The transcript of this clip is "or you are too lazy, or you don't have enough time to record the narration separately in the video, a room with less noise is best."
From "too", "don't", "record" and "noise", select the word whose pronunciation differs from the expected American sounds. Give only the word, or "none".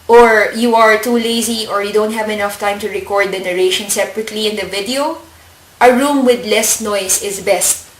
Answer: noise